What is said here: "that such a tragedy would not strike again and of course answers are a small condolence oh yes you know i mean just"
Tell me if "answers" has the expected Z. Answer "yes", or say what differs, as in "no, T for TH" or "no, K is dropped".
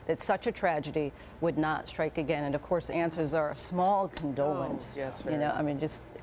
yes